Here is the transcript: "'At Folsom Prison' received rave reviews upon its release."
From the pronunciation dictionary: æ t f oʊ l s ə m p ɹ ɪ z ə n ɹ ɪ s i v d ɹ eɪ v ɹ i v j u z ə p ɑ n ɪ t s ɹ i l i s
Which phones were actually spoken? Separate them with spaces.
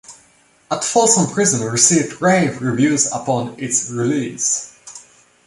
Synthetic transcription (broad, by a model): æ t f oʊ l s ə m p ɹ ɪ z ə n ɹ ɪ s i v d ɹ eɪ v ɹ i v j u z ə p ɑ n ɪ t s ɹ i l i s